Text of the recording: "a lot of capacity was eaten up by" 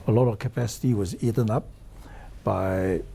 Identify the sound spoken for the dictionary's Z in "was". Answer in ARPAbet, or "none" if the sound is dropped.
Z